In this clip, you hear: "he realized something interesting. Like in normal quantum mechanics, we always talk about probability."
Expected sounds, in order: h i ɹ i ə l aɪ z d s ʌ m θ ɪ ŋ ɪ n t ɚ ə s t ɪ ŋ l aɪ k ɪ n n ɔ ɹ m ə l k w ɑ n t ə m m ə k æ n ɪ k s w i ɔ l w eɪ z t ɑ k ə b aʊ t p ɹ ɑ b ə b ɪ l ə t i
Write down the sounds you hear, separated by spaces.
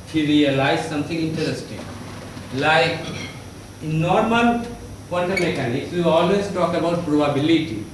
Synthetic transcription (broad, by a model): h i ɹ i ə l aɪ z s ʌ m t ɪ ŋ ɪ n t ɚ ə s t ɪ ŋ l aɪ k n n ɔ ɹ m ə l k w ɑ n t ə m m ə k æ n ɪ k s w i ɔ l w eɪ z t ɑ k ə b aʊ t p ɹ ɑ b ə b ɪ l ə t i